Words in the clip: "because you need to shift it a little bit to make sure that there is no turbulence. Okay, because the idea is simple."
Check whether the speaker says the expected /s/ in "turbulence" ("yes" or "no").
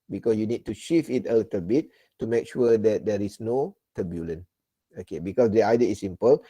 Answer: no